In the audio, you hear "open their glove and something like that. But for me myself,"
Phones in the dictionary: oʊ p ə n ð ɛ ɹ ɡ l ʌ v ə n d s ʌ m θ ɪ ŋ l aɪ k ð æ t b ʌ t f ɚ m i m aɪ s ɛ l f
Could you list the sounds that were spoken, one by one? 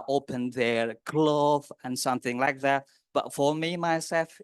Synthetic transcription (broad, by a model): oʊ p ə n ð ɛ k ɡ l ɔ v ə n s ʌ m θ ɪ ŋ l aɪ k ð æ t b ʌ t f ɚ m i m aɪ s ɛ l f